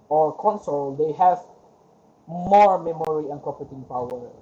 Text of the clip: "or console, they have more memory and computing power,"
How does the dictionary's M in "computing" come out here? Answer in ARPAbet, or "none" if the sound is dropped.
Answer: none